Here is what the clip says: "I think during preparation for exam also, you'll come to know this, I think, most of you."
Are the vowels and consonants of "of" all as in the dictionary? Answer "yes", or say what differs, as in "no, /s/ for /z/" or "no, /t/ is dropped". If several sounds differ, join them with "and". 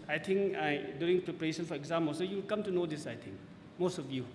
no, /f/ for /v/